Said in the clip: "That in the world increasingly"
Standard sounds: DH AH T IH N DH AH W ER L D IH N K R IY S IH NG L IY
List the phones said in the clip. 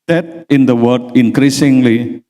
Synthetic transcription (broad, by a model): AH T IH N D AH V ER D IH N K R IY S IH NG L IY